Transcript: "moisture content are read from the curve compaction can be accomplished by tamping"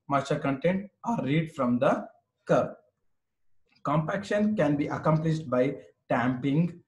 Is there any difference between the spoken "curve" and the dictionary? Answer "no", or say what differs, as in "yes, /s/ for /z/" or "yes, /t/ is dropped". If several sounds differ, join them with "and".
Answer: yes, /p/ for /v/